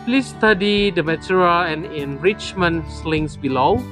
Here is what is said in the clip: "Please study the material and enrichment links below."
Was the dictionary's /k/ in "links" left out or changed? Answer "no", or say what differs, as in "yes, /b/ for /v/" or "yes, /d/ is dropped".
yes, /k/ is dropped